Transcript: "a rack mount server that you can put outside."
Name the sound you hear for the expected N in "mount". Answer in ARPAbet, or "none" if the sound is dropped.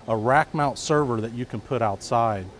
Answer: N